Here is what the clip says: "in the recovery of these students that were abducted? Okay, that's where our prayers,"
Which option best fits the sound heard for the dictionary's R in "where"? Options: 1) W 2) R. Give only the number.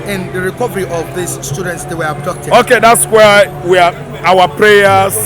1